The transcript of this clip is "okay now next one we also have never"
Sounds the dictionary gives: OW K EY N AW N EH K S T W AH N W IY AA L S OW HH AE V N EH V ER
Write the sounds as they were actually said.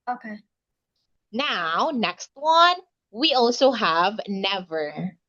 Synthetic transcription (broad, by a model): OW K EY N AW N EH K S T W AH N W IY AA L S OW HH AE V N EH V ER